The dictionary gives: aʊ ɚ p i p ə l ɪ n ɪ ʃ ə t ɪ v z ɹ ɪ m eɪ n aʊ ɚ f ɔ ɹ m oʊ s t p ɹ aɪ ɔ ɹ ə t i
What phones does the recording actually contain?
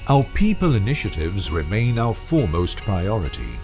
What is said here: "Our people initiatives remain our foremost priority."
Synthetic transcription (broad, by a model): aʊ ɚ p i p ə l ɪ n ɪ ʃ ə t ɪ v z ɹ ɪ m eɪ n aʊ ɚ f ɔ ɹ m oʊ s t p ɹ aɪ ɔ ɹ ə t i